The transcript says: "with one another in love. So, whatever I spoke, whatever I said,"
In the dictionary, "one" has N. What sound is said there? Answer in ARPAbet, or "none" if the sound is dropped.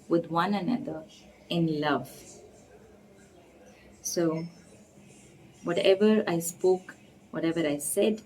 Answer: N